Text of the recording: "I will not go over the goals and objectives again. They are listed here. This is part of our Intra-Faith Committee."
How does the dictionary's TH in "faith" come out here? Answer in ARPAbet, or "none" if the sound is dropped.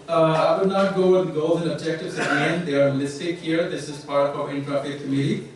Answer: T